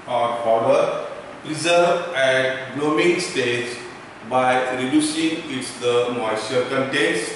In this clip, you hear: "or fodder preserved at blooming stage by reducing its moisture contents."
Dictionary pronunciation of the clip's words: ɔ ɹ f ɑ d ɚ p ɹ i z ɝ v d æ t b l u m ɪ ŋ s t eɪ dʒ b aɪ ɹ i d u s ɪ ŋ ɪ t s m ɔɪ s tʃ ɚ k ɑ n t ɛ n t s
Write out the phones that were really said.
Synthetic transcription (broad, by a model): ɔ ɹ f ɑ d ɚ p ɹ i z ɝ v æ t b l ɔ m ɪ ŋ s t eɪ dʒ b aɪ ɹ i d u s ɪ ŋ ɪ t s m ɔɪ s ɚ k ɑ n t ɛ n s